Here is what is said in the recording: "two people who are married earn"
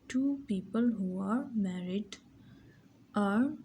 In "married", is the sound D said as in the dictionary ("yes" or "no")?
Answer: yes